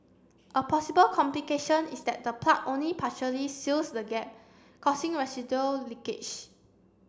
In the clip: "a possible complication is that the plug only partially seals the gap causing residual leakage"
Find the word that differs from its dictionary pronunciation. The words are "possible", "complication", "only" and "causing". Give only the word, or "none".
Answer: causing